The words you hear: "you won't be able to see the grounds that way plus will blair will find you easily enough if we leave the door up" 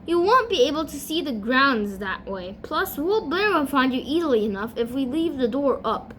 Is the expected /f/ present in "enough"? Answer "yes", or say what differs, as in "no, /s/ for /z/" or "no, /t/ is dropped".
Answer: yes